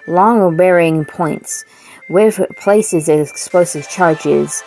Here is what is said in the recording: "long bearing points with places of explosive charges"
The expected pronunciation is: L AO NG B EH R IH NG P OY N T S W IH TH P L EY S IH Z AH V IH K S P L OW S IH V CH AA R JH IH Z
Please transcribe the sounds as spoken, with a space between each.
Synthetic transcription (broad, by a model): L AO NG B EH R IH NG P OY N T S W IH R P L EY S IH Z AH IH K S P L OW S IH V CH AA R JH IH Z